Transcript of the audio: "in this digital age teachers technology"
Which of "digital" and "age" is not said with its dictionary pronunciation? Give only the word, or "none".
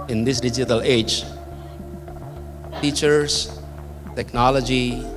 none